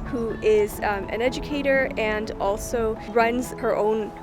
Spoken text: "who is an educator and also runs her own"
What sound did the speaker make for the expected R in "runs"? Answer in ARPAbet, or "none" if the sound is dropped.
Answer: R